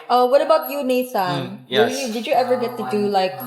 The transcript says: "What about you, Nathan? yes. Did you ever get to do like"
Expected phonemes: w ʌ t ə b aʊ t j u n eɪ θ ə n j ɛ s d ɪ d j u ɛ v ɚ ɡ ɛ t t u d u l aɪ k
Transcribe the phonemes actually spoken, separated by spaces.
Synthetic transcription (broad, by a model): w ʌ t ə b aʊ t j u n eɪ s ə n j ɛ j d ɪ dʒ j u ɛ v ɚ ɡ ɛ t t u d u l aɪ k